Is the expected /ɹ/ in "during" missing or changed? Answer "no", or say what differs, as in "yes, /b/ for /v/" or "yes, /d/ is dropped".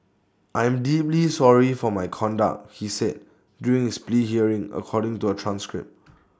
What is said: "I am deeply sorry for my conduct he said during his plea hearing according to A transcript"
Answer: yes, /ɹ/ is dropped